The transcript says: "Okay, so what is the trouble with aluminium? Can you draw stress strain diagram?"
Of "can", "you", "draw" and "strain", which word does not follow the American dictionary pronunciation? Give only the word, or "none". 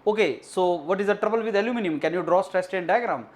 strain